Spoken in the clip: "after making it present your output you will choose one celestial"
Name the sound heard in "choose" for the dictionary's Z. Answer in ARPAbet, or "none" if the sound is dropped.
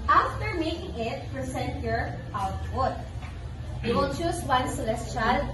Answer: S